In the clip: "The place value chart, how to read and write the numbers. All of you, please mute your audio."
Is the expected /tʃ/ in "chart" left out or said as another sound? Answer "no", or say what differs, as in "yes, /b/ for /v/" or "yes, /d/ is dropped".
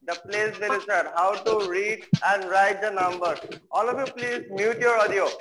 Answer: yes, /s/ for /tʃ/